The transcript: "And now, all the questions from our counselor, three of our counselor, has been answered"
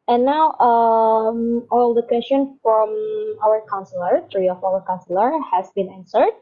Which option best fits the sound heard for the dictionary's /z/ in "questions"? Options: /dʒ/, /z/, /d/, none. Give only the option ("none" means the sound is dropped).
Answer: none